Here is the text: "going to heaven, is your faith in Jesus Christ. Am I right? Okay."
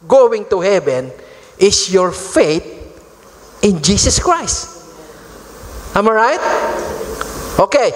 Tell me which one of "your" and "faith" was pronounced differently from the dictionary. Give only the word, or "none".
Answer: faith